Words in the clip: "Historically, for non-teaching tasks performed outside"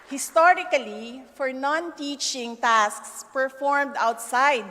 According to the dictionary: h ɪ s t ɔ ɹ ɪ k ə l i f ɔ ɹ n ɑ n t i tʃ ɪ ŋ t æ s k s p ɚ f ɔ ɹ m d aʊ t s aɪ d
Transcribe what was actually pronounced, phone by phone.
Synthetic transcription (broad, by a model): h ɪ s t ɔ ɹ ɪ k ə l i f ɔ ɹ n ɑ n t i tʃ ɪ ŋ t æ s k s p ɚ f ɔ ɹ m d aʊ t s aɪ d